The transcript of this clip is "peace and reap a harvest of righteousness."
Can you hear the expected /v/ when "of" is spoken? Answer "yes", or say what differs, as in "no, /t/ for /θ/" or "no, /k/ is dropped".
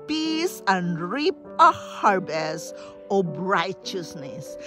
no, /b/ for /v/